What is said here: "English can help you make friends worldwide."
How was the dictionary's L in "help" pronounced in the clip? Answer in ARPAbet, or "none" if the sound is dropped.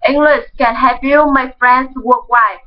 none